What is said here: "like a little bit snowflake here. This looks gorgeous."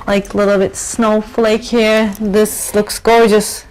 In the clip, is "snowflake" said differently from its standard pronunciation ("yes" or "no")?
no